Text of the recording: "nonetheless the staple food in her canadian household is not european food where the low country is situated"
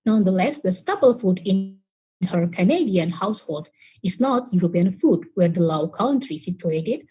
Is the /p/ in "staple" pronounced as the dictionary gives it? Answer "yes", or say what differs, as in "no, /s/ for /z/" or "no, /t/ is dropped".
no, /b/ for /p/